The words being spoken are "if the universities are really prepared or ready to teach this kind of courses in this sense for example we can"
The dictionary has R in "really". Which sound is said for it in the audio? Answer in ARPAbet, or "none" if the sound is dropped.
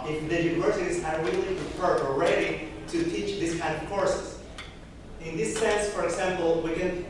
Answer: W